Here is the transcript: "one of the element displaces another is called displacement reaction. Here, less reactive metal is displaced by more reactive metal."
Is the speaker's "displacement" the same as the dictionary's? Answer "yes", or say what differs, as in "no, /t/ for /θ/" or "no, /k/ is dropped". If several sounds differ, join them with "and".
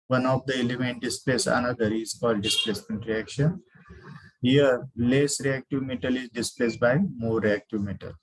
yes